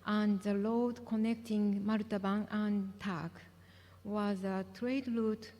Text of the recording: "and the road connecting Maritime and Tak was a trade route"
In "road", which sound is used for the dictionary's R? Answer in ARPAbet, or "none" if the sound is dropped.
L